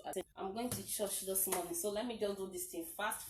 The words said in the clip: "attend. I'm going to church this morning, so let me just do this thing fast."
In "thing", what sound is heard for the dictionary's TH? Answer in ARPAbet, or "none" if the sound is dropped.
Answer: T